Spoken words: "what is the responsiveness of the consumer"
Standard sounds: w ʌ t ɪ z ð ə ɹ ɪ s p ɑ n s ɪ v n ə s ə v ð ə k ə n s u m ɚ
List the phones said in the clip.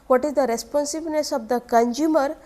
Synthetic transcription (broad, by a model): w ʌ t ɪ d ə ɹ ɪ s p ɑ n s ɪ b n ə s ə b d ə k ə n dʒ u m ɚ